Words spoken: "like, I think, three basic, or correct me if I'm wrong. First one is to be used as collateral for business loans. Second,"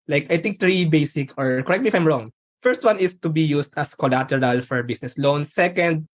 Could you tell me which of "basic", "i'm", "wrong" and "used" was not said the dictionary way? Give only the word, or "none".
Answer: used